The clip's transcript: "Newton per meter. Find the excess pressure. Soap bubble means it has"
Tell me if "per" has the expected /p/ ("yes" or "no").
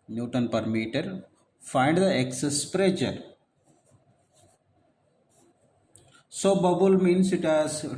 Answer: yes